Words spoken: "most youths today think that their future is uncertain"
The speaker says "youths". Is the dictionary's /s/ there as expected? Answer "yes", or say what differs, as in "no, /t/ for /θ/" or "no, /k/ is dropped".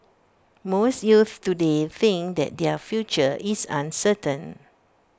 no, /s/ is dropped